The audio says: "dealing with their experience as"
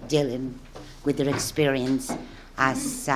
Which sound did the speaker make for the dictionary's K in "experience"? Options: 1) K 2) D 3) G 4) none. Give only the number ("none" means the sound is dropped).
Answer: 1